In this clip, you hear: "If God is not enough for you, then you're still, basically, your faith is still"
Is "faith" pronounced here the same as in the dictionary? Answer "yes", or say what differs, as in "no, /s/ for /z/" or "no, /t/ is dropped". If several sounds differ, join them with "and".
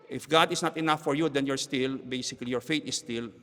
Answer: no, /t/ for /θ/